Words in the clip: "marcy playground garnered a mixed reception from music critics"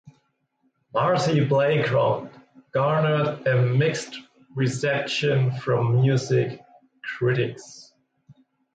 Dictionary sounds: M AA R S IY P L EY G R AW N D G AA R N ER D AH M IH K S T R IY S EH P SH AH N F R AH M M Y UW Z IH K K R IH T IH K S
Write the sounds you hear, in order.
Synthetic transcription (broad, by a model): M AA R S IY B L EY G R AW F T G AA R N ER D AH M IH K S T R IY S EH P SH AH N F R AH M M Y UW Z IH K K R IH T IH K S